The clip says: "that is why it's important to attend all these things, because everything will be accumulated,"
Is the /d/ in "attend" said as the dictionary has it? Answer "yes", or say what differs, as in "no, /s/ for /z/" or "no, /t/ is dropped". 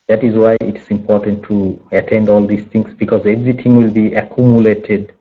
yes